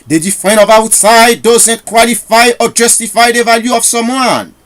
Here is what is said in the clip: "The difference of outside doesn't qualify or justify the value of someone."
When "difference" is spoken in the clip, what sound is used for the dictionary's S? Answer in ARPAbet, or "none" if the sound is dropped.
none